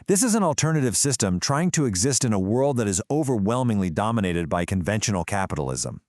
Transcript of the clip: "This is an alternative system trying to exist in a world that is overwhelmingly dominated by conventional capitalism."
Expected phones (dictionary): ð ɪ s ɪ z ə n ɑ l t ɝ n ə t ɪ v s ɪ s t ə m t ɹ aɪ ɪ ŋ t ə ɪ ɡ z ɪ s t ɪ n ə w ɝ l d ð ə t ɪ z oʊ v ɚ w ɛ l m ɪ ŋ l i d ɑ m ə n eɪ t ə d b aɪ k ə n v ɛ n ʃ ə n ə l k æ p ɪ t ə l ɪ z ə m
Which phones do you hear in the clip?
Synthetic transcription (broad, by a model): ð ɪ s ɪ z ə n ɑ l t ɝ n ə t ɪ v s ɪ s t ə m t ɹ aɪ ɪ ŋ t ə ɪ ɡ z ɪ s t ɪ n ə w ɝ l d ð ə t ɪ z oʊ v ɚ w ɛ l m ɪ ŋ l i d ɑ m ə n eɪ t ə d b aɪ k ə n v ɛ n ʃ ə n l k æ p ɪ t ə l ɪ z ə m